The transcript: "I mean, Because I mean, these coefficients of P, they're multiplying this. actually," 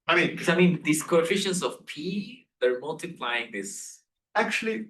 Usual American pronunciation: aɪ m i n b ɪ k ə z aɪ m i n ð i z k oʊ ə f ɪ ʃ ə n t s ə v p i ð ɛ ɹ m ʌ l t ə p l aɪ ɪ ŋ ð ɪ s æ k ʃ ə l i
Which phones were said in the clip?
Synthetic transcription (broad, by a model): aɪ m i n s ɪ ə m i n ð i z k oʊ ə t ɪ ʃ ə n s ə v p i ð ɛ ɹ m ʌ l t ə p l aɪ ɪ ŋ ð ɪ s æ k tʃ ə l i